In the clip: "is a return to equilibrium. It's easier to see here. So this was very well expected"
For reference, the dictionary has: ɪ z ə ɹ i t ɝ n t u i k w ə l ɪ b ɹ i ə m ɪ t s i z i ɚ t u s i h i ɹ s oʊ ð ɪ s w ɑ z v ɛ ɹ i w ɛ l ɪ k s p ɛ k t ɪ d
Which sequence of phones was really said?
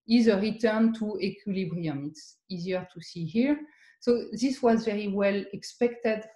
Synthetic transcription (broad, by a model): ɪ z ə ɹ i t ɝ n t u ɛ k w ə l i b ɹ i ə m ɪ t s i z i ɚ t u s i h i ɹ s oʊ ð ɪ s w ɑ z v ɛ ɹ i w ɛ l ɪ k s p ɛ k t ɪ d